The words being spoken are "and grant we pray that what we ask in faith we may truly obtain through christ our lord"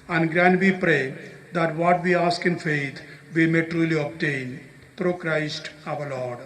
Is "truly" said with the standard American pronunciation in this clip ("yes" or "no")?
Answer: yes